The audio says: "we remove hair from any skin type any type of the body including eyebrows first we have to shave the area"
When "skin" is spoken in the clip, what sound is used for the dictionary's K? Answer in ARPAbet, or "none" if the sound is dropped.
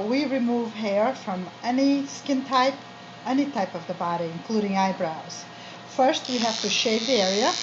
K